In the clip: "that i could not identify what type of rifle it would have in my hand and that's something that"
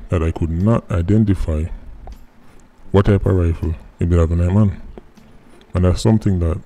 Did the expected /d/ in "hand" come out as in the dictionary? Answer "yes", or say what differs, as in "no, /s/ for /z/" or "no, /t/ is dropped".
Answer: no, /d/ is dropped